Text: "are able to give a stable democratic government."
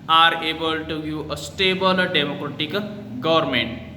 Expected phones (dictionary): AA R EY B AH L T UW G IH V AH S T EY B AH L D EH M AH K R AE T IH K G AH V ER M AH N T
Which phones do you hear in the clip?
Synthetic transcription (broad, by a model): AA R EY B AH L T UW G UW AH S T EY B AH L D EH M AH K R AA T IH K G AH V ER M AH N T